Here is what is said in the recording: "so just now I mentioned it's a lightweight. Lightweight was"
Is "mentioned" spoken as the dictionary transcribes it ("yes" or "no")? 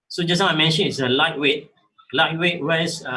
no